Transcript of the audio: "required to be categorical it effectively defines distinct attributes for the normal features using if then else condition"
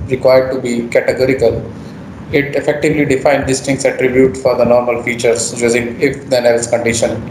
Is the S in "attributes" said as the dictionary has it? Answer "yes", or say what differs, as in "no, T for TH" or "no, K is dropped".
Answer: no, S is dropped